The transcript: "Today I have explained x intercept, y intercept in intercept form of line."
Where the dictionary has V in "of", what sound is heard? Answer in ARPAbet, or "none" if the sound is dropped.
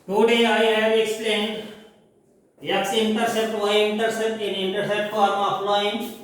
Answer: P